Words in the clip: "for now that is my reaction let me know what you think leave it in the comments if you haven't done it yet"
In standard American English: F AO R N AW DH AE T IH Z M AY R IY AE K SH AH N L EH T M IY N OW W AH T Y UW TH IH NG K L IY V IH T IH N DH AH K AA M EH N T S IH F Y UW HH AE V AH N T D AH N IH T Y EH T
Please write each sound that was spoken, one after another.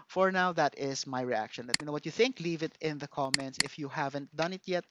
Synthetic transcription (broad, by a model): F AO R N AW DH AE T IH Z M AY R IY AE K SH AH N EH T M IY N OW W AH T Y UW TH IH NG K L IY V IH T IH N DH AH K AA M EH N T S IH F Y UW HH AE V AH N T D AH N IH T Y EH T